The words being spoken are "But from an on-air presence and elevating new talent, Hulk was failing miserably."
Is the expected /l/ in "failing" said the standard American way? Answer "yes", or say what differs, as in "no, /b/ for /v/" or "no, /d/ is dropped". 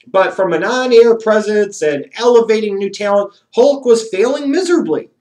yes